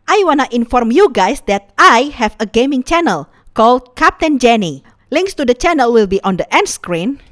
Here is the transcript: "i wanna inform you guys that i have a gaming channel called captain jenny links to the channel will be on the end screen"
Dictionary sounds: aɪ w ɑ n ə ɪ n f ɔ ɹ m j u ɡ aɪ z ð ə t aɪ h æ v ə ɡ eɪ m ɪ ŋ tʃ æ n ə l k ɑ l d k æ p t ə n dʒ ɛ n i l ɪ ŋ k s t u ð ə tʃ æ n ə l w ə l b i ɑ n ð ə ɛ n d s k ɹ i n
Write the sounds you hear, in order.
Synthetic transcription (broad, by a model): aɪ w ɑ n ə ɪ n f ɔ ɹ m j u ɡ aɪ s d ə t aɪ h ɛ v ə ɡ eɪ m ɪ ŋ tʃ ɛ n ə l k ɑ l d k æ p t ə n dʒ ɛ n i l ɪ ŋ k s t u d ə tʃ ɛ n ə l w ə l b i ɑ n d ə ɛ n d s k ɹ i n